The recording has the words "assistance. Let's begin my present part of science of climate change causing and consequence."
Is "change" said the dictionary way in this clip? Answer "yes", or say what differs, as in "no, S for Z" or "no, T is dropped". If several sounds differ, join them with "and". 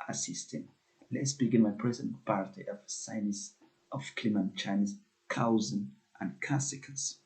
no, Z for JH